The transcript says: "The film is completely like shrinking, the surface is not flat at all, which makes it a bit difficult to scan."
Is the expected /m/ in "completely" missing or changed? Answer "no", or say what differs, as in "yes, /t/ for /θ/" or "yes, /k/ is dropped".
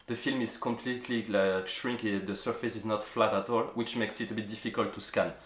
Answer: no